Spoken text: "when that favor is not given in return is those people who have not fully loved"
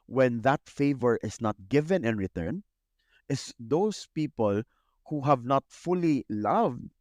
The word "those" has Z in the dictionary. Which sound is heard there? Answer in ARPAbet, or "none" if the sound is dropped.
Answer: S